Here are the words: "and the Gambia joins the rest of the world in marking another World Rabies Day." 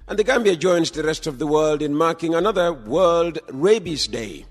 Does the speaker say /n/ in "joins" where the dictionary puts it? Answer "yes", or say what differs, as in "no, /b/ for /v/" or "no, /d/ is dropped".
yes